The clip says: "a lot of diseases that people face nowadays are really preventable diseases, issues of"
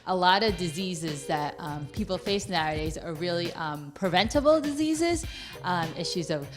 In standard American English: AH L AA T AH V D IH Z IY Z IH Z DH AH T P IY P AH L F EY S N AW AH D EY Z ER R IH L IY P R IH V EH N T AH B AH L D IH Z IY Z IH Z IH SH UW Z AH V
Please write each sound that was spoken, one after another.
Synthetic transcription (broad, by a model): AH L AA T AH V D IH Z IY Z IH Z DH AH T P IY P L F EY S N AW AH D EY Z ER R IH L IY P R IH V EH N T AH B L D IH Z IY Z IH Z IH SH UW Z AH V